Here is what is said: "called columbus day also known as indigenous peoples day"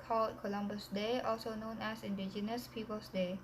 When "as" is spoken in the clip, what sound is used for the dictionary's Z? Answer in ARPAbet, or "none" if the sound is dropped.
S